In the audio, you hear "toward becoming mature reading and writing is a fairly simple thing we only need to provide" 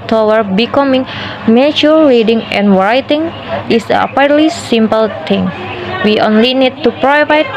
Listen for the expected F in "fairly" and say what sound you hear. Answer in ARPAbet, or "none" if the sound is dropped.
P